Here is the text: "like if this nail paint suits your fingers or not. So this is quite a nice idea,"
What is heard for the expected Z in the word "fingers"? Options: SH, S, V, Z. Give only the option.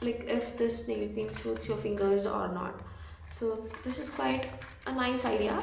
Z